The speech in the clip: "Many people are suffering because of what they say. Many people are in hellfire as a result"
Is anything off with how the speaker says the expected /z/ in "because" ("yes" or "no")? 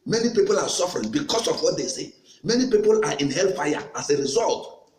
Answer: yes